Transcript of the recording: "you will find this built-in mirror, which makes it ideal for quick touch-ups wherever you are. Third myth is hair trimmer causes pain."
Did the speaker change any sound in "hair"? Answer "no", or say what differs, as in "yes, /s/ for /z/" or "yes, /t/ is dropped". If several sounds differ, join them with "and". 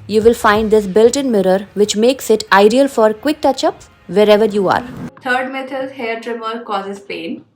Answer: no